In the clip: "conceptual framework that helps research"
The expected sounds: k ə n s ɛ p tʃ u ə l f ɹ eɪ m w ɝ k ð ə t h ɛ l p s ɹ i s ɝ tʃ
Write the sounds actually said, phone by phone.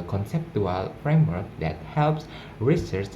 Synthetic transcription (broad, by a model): k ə n s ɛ p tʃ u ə l f ɹ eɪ m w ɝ k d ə t h ɛ l p s ɹ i s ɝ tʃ